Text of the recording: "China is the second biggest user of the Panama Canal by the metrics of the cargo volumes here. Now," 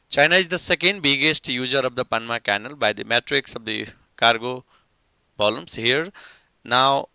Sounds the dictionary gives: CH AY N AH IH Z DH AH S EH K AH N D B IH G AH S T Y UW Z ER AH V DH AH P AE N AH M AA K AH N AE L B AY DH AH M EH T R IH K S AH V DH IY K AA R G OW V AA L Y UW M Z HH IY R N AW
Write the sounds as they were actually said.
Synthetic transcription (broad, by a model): CH AY N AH IH Z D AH S EH K AH N D B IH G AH S T Y UW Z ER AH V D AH P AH N M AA K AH N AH L B AY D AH M EH T R IH K S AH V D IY K AA R G OW B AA L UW M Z HH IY R N AW